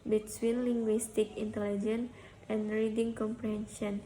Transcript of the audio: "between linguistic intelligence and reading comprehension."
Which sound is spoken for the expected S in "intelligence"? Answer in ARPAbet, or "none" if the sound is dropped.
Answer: none